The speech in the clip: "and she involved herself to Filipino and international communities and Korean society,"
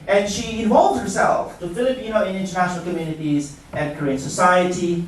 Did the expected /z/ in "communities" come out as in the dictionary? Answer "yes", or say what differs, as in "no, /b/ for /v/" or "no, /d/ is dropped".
yes